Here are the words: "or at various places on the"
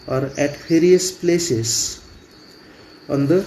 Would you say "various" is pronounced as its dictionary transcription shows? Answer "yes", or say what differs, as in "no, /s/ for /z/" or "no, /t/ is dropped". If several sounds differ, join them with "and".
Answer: no, /p/ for /v/